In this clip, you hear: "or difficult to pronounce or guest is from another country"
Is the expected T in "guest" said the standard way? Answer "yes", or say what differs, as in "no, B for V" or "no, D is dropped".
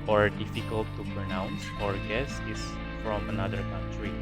no, T is dropped